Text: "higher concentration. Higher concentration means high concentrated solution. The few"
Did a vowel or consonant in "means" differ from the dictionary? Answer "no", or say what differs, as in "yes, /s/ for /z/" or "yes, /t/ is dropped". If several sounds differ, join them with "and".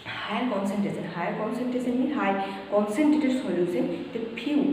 yes, /z/ is dropped